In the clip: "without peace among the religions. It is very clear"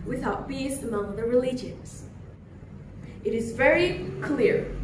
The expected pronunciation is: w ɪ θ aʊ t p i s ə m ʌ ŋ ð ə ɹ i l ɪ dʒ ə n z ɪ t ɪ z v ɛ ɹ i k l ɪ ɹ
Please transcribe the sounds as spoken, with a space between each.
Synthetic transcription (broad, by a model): w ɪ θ aʊ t b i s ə m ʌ ŋ ð ə ɹ i l ɪ dʒ ə n z ɪ t ɪ z v ɛ ɹ i k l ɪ ɹ